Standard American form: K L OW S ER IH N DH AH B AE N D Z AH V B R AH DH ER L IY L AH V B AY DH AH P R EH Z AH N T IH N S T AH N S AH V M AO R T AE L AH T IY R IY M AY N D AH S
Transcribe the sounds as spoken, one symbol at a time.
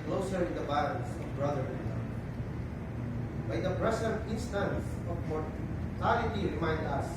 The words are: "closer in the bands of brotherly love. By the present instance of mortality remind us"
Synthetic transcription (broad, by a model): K L OW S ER IH N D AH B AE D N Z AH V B R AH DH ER IY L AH B AY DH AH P R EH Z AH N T IH N S T AH N S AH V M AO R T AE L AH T IY R IY M AY N D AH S